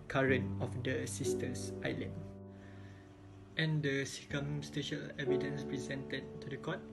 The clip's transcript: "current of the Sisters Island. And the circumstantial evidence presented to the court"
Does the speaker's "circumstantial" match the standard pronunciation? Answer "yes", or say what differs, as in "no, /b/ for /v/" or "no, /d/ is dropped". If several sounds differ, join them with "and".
no, /n/ is dropped